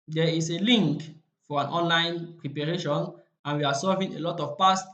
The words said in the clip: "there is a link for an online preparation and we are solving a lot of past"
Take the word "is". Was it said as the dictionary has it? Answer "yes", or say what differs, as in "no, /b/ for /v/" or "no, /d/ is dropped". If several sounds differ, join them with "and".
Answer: no, /s/ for /z/